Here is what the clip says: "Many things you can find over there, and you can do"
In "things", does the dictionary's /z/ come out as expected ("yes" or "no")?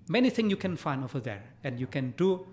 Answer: no